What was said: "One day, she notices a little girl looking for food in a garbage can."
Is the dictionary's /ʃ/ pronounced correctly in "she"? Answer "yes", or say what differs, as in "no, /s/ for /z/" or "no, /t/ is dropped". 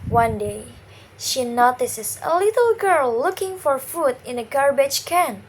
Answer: yes